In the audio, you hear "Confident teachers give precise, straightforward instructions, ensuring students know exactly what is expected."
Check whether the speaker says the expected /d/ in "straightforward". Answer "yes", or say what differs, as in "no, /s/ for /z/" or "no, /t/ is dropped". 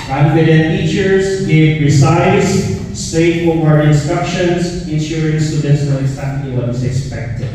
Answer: no, /d/ is dropped